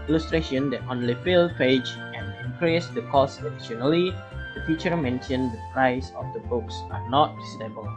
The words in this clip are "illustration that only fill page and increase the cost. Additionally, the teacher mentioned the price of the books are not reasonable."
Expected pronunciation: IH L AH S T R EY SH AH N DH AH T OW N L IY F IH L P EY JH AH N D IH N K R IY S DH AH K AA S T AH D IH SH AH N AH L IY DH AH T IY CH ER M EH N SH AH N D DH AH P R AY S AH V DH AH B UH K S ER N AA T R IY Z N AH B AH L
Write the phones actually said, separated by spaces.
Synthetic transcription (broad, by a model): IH L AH S T R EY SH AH N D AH T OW N L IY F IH L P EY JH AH N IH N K R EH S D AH K AA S AH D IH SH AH N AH L IY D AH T IY CH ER M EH N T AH N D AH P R AY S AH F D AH B UH K S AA N AA T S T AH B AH L